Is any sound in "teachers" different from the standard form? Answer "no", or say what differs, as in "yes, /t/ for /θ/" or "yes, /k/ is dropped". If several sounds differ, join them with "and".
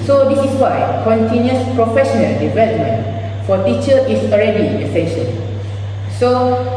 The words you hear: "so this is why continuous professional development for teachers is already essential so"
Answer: yes, /z/ is dropped